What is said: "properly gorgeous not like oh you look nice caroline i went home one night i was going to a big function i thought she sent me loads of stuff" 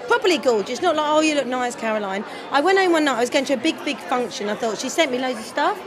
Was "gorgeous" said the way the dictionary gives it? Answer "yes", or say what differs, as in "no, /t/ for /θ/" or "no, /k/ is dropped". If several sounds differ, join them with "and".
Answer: no, /l/ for /ɹ/